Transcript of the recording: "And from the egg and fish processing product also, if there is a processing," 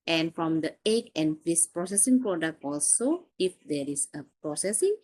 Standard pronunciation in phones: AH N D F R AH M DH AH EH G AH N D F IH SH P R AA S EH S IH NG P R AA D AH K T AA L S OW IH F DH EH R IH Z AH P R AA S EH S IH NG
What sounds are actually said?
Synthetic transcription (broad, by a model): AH N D F R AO M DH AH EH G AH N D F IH S P R AA S EH S IH NG P R AA D AH K T AA L S OW IH F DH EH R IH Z AH P R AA S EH S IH NG